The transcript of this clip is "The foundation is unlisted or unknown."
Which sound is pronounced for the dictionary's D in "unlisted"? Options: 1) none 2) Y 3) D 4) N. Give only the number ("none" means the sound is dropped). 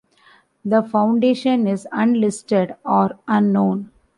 3